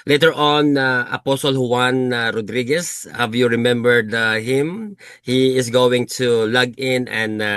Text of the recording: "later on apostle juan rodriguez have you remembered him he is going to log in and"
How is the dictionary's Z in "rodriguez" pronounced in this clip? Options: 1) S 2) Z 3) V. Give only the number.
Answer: 1